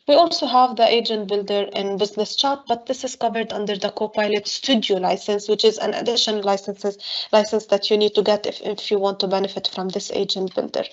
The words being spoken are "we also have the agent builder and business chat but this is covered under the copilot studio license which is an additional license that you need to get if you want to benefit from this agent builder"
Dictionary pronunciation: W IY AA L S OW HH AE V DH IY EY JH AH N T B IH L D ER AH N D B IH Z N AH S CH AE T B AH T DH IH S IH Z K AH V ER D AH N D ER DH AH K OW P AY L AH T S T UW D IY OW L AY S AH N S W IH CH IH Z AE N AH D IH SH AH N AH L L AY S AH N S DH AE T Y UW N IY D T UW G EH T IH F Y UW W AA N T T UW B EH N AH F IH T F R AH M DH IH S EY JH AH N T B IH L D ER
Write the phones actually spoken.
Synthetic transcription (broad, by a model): W IY AA L S OW HH AE V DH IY EY JH AH N T B IH L D ER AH N B IH Z N AH S CH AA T B AH T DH IH S IH Z K AH V ER D AH N D ER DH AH K OW P AY L AH T S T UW D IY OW L AY S AH N S W IH CH IH Z AE N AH D IH SH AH N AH L L AY S AH N S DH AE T Y UW N IY D T UW G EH T IH F Y UW W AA N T T UW B EH N AH F IH T F R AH M DH IH S EY JH AH N T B IH L D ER